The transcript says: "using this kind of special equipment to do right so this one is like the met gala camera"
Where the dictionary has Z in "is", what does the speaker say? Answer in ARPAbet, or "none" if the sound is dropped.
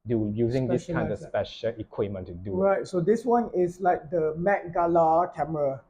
S